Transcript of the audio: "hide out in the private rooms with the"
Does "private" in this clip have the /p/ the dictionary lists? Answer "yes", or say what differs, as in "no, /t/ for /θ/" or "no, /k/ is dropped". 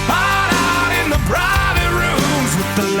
no, /b/ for /p/